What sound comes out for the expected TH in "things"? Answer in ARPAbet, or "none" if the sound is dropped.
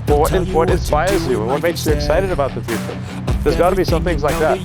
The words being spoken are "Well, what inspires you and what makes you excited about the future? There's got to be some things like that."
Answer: TH